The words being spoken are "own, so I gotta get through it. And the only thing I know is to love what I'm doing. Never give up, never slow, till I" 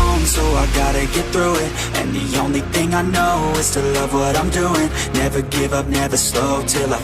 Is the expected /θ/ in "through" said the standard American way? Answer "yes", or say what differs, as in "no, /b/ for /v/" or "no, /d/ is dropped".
yes